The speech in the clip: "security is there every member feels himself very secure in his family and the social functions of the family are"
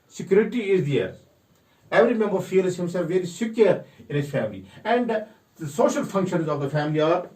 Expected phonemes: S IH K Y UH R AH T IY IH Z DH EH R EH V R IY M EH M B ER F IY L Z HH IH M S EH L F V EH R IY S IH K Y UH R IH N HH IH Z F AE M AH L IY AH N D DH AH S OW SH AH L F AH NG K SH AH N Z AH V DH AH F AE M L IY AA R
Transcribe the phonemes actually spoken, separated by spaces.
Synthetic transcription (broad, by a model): S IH K Y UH R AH T IY IH Z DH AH R EH V R IY M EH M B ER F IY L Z HH IH M S EH L F V EH R IY S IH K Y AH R IH N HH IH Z F AE M AH L IY AH N D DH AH S OW SH AH L F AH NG K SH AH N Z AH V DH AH F AE M L IY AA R